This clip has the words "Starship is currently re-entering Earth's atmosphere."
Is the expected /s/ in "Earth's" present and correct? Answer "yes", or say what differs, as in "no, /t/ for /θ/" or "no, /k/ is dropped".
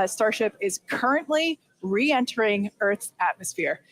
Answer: no, /s/ is dropped